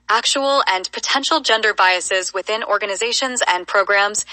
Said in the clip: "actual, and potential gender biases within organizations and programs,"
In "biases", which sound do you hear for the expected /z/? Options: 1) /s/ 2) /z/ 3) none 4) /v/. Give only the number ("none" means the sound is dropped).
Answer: 2